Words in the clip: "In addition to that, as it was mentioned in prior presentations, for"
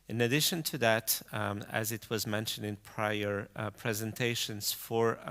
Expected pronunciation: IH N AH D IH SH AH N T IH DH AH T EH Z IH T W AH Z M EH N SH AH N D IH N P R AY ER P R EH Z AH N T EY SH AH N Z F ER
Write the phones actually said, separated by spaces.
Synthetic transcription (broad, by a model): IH N AH D IH SH AH N T IH DH AH T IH Z IH T W AH Z M EH N SH AH N D IH N P R AY ER P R EH Z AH N T EY SH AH N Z F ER